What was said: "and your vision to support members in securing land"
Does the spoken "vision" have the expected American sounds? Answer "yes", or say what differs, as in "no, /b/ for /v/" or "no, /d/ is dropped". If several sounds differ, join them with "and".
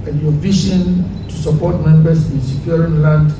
no, /ʃ/ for /ʒ/